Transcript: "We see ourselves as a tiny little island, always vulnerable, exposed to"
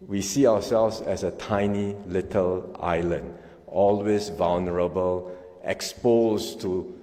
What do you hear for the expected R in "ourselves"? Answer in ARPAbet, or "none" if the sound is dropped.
W